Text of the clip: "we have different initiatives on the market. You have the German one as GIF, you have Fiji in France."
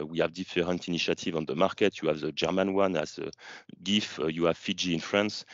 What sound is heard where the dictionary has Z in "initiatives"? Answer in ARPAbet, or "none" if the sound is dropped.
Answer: none